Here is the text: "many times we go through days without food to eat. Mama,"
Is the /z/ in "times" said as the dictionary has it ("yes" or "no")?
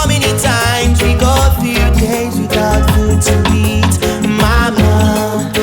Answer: yes